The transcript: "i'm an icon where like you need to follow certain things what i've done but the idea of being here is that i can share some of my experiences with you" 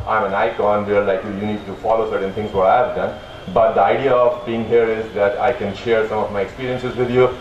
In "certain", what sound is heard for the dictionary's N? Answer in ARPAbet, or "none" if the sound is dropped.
N